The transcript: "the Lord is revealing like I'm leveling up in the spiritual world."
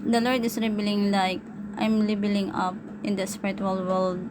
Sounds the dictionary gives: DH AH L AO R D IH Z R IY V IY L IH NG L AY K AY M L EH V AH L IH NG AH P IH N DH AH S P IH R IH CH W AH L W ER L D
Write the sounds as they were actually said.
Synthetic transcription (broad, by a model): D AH L AO R D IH S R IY B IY L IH NG L AY K AY M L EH B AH L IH NG AH P IH N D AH S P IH R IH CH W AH L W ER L D